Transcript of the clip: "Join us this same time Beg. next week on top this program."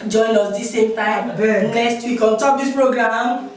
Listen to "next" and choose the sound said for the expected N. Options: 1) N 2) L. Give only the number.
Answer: 2